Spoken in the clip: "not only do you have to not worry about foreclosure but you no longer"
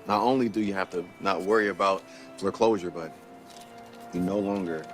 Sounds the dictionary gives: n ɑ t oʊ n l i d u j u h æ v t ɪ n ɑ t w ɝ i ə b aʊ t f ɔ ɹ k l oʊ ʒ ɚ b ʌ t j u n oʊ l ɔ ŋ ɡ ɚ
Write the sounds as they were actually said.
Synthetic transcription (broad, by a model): n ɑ t oʊ n l i d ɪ j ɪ h æ f t ɪ n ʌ t w ɝ i ə b aʊ t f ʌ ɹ k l oʊ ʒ ɚ b ʌ t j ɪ n oʊ l ɔ ŋ ɡ ɚ